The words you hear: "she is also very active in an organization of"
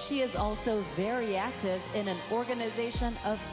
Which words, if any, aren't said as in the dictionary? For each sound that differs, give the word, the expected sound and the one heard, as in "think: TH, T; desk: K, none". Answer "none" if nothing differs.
none